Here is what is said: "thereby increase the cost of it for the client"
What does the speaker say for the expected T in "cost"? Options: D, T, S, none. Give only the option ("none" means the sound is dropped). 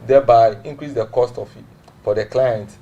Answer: T